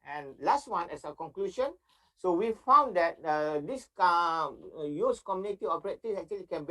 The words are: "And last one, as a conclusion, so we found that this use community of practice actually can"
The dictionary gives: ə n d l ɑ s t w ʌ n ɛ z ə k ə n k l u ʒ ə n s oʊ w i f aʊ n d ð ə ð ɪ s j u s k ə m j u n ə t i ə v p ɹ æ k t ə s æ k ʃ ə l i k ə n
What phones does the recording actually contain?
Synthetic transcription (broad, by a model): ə n l ɑ s t w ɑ n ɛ s ə k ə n k l u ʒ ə n s oʊ w i f aʊ n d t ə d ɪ s j u s k ə m j u n ə t i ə p ɹ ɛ t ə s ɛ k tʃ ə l i k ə n